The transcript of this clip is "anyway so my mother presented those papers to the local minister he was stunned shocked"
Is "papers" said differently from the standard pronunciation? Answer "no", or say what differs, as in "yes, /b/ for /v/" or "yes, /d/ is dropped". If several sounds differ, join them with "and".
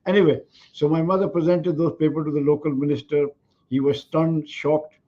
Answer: yes, /z/ is dropped